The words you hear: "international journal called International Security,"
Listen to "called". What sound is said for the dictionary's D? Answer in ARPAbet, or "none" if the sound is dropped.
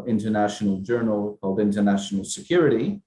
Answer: D